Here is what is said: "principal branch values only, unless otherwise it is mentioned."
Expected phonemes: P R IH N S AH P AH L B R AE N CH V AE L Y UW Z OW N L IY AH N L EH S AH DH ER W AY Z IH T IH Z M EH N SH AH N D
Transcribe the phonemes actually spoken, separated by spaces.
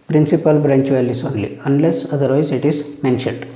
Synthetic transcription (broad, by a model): P R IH N S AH P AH L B R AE N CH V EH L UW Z OW N L IY AH N L EH S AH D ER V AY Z IH T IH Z M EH N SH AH N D